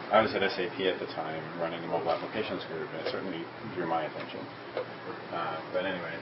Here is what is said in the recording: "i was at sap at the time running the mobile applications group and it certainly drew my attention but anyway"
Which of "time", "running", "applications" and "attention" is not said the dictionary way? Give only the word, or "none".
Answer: none